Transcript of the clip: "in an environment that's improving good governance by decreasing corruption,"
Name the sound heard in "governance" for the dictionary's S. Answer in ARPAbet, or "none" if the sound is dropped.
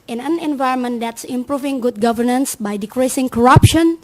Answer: S